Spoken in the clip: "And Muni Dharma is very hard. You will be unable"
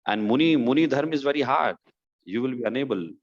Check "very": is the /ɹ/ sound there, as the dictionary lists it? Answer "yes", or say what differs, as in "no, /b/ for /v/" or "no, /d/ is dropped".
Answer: yes